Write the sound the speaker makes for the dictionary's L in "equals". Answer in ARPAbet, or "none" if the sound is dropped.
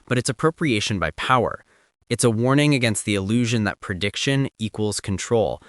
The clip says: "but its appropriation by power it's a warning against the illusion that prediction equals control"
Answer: L